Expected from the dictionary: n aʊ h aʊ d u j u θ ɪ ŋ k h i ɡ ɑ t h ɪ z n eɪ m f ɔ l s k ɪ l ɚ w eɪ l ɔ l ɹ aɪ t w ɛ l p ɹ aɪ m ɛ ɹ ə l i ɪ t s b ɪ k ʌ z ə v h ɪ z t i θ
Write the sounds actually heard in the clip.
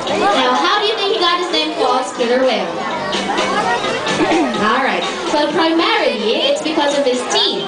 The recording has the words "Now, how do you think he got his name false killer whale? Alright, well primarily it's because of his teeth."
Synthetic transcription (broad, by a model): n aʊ h aʊ d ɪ j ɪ θ ɪ ŋ k h i ɡ ɑ t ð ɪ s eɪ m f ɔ s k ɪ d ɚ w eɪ ɔ l ɹ aɪ t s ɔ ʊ p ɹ aɪ m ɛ ɹ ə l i ɪ t s b ɪ k ʌ z ə v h ɪ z t i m